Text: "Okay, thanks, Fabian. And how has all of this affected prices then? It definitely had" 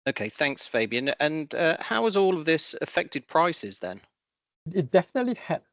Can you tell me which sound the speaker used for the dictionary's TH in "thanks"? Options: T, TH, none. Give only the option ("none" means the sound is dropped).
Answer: TH